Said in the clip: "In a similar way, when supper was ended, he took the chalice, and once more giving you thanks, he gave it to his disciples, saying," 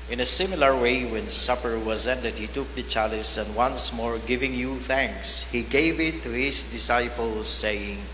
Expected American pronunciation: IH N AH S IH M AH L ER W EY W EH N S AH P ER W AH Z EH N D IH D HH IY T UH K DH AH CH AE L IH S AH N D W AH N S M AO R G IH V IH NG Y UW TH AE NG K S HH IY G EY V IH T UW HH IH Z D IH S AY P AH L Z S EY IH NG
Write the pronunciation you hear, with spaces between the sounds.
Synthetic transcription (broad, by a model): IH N AH S IH M AH L ER W EY W EH N S AH P ER W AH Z EH N D IH D HH IY T UH K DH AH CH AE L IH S AH N D W AH N S M AO R G IH V IH NG Y UW TH AE NG K S HH IY G EY V IH T UW HH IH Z D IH S AY P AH L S EY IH NG